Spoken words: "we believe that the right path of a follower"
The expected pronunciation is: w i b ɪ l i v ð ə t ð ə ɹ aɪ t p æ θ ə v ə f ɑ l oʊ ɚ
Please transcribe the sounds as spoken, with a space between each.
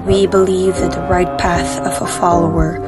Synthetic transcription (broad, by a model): w i b ɪ l i v ð ə t ð ə ɹ aɪ t p æ θ ə v ə f ɑ l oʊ ɚ